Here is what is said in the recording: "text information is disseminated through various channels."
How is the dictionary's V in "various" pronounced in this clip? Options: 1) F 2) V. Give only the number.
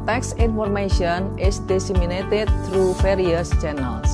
1